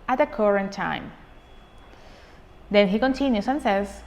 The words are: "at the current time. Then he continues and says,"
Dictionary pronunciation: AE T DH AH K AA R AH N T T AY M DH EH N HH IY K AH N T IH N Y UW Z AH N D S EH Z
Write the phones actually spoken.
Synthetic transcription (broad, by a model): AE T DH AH K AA R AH N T T AY M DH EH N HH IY K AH N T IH N Y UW S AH N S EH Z